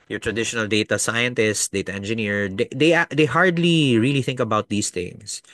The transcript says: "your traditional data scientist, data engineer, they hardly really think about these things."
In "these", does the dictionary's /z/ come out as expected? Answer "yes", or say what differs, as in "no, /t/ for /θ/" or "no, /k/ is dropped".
no, /s/ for /z/